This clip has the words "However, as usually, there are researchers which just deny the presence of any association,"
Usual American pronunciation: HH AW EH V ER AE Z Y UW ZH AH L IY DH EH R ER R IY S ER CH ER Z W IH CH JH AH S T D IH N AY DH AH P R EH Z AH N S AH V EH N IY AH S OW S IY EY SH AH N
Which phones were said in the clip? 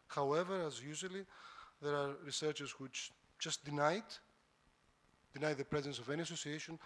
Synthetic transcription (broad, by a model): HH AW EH V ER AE Z Y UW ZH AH L IY DH EH R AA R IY S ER CH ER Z W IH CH JH AH S T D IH N AY DH AH P R EH Z AH N S AH V EH N IY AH S OW S IY EY SH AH N